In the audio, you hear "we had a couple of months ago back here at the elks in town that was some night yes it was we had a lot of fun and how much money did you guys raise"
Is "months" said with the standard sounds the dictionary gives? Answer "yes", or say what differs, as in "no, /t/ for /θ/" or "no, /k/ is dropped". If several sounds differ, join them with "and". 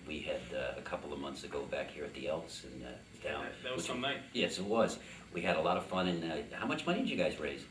yes